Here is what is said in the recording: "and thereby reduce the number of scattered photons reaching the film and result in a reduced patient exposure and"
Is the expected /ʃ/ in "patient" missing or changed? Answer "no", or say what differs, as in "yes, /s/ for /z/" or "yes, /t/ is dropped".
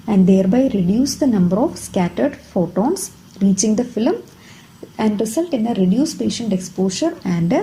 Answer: no